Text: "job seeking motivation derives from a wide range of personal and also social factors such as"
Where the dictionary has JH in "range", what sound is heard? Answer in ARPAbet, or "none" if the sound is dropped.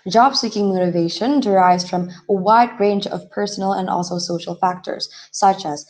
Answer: JH